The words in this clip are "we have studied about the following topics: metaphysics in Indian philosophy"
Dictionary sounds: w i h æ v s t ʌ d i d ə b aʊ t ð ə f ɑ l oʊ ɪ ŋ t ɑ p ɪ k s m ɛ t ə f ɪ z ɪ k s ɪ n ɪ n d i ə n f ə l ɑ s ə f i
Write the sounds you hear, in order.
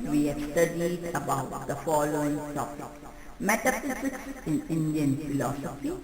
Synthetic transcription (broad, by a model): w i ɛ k s t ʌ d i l ə b aʊ t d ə f ɑ l oʊ ɪ ŋ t ɑ p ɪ k m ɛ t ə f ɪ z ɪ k s ɪ n ɪ n d i ə n f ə l ɑ s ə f i